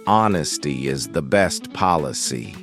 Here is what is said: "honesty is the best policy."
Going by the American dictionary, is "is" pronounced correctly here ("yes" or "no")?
yes